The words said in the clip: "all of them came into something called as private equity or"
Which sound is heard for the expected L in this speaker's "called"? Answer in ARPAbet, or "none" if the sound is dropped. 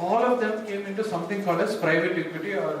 none